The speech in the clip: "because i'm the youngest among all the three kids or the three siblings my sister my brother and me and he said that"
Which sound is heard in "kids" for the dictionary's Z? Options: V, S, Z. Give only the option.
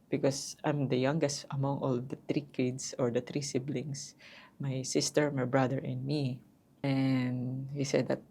S